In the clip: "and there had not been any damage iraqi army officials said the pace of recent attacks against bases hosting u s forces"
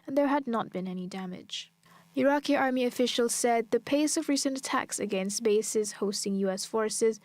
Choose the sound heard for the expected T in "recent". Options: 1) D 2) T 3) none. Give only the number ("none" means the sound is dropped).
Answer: 2